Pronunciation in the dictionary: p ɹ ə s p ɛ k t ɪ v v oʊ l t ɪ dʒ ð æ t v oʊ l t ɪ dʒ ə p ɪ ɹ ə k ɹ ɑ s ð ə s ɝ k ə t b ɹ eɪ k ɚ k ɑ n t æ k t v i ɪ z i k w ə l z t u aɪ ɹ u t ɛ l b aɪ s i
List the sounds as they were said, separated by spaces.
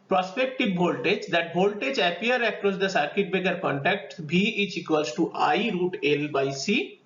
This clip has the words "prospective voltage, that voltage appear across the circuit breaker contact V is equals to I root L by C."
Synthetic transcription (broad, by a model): p ɹ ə s p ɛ k t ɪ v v oʊ l t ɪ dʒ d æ t b oʊ l t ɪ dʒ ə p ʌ ɹ ə k ɹ ɑ s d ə s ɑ k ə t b eɪ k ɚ k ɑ n t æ k t b i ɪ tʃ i k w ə l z t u aɪ ɹ u t ɛ l b aɪ s i